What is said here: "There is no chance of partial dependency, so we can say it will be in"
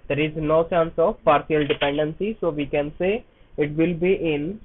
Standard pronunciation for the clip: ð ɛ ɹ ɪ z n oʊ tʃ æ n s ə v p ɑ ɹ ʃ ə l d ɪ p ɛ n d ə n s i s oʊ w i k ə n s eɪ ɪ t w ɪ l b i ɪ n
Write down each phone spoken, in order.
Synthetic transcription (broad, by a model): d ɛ ɹ ɪ z n oʊ s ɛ n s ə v p ɑ ɹ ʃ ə l d ɪ p ɛ n d ə n s i s oʊ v i k ə n s eɪ ɪ t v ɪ l b i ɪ n